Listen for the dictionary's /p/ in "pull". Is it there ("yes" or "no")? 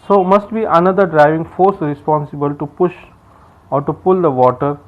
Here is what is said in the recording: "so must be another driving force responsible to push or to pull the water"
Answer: yes